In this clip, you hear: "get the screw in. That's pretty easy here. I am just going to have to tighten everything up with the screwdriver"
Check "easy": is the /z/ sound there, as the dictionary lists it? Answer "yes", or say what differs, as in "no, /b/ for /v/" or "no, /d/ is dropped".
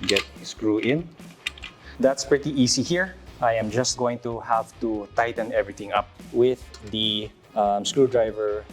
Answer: no, /s/ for /z/